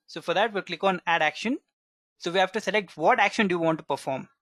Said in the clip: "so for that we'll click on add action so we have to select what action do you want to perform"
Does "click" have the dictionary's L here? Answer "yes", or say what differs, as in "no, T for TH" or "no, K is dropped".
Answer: yes